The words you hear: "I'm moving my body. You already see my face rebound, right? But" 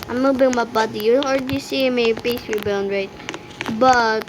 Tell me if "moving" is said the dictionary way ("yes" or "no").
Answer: no